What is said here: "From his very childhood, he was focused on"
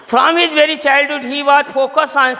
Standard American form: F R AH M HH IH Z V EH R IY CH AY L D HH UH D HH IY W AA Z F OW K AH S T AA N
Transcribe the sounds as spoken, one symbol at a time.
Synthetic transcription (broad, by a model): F R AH M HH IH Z V EH R IY CH AY L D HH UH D HH IY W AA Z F OW K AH S AA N